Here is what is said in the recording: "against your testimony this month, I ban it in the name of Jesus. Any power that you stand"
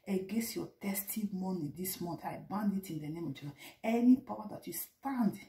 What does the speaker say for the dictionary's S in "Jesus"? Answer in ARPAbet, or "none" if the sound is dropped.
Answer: none